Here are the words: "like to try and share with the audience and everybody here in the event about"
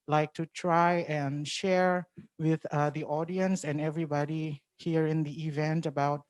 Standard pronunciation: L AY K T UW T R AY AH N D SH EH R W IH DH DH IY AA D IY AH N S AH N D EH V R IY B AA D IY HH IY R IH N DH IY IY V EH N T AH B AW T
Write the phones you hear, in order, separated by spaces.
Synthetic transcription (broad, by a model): L AY K T UW T R AY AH N SH EH R W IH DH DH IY AA D IY AH N S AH N EH V R IY B AA D IY HH IY R IH N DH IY IY V EH N T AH B AW T